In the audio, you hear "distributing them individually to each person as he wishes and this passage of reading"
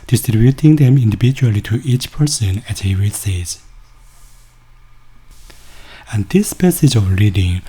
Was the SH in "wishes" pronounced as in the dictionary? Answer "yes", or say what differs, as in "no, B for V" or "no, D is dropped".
no, S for SH